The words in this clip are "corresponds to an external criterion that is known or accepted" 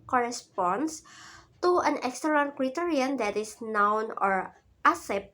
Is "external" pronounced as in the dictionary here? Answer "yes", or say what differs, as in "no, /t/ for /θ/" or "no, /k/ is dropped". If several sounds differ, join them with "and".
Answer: no, /n/ is dropped